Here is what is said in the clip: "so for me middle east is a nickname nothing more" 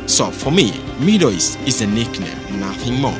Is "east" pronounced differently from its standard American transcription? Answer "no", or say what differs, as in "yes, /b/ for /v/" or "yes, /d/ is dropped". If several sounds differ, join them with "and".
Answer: yes, /t/ is dropped